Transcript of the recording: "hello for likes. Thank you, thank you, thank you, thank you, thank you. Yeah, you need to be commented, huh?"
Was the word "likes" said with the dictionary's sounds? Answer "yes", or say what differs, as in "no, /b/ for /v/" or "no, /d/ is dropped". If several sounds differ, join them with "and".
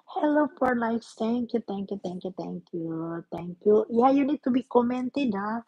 no, /n/ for /l/ and /k/ is dropped